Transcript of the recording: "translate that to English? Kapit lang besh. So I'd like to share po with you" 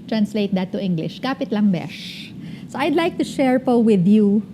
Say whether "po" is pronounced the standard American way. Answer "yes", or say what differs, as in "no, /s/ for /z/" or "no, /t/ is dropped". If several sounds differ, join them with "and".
yes